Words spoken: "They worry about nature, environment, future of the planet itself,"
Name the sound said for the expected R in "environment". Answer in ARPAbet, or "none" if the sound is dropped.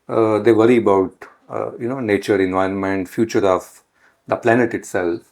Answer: R